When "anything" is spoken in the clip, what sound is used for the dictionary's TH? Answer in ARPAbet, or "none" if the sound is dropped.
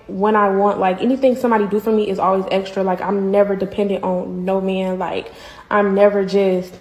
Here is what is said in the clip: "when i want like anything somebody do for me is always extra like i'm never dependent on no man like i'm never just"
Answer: TH